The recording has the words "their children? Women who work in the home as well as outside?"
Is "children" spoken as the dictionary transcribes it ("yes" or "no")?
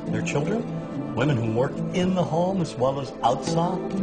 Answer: yes